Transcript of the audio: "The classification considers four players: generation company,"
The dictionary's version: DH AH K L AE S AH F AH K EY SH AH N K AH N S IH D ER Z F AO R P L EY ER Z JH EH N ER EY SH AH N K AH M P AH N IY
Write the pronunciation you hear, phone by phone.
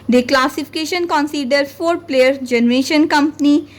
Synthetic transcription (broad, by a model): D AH K L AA S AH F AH K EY SH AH N K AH N S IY D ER F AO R P L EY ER JH EH N ER EY SH AH N K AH M P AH N IY